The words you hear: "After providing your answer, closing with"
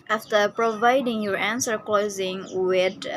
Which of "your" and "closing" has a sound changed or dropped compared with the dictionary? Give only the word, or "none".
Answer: none